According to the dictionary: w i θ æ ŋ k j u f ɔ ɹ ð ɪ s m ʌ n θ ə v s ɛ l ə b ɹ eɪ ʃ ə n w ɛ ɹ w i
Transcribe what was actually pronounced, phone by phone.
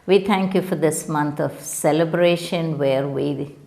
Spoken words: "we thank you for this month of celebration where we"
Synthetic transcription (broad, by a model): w i t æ ŋ k j u f ɔ ɹ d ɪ s m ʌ n t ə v s ɛ l ə b ɹ eɪ ʃ ə n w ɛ ɹ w i